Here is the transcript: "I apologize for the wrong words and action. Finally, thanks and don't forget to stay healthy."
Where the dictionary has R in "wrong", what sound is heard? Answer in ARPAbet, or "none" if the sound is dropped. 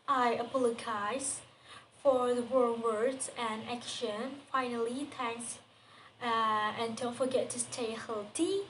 W